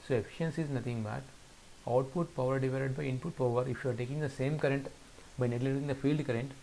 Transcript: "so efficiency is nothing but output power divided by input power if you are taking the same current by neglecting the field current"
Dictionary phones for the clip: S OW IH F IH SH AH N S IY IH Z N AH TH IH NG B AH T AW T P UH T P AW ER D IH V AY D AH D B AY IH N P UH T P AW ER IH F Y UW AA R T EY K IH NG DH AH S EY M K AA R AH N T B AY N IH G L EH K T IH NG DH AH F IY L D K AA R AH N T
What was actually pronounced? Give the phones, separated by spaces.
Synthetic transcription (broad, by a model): S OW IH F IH SH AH N S IY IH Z N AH T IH NG B AH T AW T P UH T P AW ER D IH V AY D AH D B AY IH N P UH T P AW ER IH F Y UW AA R T EY K IH NG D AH S EY M K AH R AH N T B AY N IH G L EH T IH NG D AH F IY L D K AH R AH N T